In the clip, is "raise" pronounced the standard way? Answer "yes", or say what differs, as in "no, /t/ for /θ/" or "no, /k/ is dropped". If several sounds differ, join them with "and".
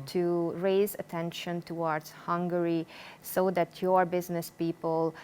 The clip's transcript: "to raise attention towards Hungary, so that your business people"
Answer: yes